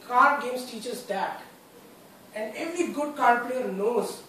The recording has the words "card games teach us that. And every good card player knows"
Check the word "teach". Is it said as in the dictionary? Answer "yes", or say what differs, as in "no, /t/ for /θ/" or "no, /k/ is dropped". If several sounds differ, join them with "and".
yes